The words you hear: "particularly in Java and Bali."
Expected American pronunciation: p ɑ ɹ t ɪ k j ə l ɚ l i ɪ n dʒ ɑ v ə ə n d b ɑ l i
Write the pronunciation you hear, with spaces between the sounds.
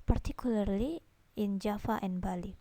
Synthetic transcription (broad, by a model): p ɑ ɹ t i k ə l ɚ l i ɪ n dʒ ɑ f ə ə n b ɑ l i